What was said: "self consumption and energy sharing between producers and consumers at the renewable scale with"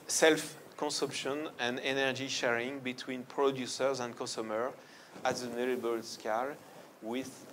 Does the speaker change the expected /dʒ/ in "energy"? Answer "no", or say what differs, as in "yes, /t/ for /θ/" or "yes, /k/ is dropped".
no